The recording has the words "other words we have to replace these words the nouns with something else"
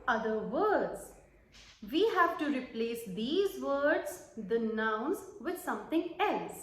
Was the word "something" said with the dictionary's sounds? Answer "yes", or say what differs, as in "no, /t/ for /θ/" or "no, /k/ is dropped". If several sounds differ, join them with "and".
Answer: no, /t/ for /θ/